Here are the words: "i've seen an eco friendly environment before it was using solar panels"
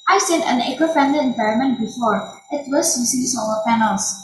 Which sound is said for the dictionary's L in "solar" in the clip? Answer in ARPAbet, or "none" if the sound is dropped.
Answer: none